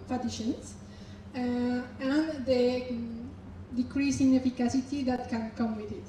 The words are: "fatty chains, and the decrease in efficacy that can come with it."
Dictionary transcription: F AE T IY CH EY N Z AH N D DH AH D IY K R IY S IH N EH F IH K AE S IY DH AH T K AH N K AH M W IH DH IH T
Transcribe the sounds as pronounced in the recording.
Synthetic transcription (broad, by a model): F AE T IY SH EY N S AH N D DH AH D IY K R IY S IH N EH F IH K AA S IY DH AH T K AH N K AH M W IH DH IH T